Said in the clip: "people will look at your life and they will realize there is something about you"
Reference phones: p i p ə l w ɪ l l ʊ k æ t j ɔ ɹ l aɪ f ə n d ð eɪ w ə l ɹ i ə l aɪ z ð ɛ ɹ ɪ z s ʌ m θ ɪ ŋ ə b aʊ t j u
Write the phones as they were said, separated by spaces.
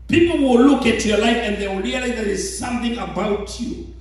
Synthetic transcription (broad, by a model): p i p l w ɪ l l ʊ k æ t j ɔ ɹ l aɪ f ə n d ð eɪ w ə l ɹ i ə l aɪ z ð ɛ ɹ ɪ z s ʌ m θ ɪ ŋ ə b aʊ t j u